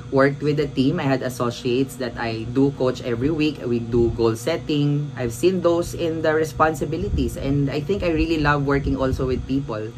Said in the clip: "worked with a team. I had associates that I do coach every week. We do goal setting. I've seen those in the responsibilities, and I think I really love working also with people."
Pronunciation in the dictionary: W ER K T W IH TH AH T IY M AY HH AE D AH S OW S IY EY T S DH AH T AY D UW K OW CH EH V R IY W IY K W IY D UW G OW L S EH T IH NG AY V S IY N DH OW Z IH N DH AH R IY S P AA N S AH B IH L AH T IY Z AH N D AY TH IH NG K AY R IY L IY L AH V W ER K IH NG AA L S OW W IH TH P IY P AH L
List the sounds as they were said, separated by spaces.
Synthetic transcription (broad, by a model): W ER K T W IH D AH T IY M AY HH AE D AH S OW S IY EY T S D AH T AY D UW K OW CH EH V R IY W IY K W IY D UW G OW L S EH T IH NG AY V S IY N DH OW S IH N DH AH R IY S P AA N S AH B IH L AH T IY S AH N D AY TH IH NG K AY R IY L IY L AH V W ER K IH NG AA L S OW W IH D P IY P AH L